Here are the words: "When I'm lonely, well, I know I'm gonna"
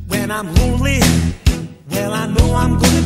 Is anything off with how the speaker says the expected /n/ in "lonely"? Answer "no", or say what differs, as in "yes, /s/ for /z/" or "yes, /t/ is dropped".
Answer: yes, /n/ is dropped